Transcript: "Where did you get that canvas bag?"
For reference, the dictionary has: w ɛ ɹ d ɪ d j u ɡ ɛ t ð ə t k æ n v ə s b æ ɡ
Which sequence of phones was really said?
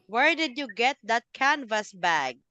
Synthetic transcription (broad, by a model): w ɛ ɹ d ɪ d j u ɡ ɛ t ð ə t k æ n v ə s b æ ɡ